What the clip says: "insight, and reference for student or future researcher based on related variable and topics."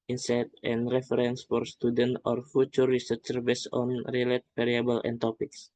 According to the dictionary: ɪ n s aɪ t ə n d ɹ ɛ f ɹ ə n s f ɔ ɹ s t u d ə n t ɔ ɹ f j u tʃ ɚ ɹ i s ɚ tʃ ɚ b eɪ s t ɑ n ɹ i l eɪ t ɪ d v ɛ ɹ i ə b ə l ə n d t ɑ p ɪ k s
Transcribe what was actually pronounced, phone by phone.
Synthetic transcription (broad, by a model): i n s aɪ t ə n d ɹ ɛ f ɹ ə n s f ɔ ɹ s t u d ə n t ɔ ɹ f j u tʃ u ɹ i s ɚ tʃ ɚ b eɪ s ɑ n ɹ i l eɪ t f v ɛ ɹ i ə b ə l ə n t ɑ p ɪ k s